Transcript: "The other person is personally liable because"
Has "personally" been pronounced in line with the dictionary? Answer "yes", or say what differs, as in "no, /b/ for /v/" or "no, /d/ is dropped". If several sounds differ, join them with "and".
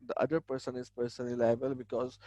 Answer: no, /l/ is dropped